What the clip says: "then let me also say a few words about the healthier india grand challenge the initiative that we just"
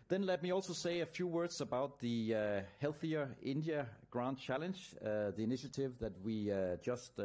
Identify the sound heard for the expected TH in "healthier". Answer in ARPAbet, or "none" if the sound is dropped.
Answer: TH